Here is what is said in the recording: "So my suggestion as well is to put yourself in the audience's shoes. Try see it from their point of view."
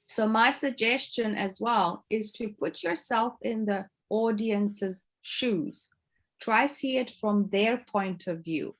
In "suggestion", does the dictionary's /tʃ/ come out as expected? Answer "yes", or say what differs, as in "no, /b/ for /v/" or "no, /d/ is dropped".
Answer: yes